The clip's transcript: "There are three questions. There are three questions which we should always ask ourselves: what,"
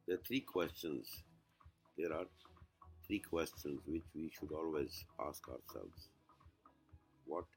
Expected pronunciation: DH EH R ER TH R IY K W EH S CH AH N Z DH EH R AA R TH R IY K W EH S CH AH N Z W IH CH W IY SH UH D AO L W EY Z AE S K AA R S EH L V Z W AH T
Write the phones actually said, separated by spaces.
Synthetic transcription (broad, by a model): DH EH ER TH R IY K W EH S CH AH N Z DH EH R AA R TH R IY K W EH S CH AH N Z W IH CH W IY SH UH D AO L W EY Z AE S K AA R S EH L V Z W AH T